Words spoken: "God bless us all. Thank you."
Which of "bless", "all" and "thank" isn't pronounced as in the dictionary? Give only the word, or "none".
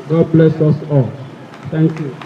thank